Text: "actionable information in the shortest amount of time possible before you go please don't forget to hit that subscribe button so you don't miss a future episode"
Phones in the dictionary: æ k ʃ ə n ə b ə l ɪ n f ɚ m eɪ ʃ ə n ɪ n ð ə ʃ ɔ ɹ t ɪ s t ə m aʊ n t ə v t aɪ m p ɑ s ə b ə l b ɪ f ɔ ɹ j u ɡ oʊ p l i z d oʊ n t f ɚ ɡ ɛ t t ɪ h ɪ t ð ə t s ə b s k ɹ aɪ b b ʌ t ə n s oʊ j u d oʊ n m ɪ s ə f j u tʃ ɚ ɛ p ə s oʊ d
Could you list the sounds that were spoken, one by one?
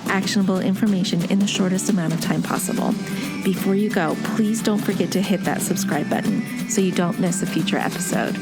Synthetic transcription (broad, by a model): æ k ʃ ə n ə b l ɪ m f ɚ m eɪ ʃ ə n ɪ n ð ə ʃ ɔ ɹ t ɪ s t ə m aʊ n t ə v t aɪ m p ɑ s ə b l b ɪ f ɔ ɹ j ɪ ɡ oʊ p l i z d oʊ n t f ɚ ɡ ɛ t t ɪ h ɪ t ð ə t s ə b s k ɹ aɪ b b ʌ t n s oʊ j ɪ d oʊ n m ɪ s ə f j u tʃ ɚ ɛ p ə s oʊ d